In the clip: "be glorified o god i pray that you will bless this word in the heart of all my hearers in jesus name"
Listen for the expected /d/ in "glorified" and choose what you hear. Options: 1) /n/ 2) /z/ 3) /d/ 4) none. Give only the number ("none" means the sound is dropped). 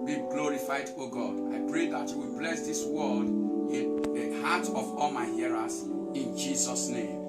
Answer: 3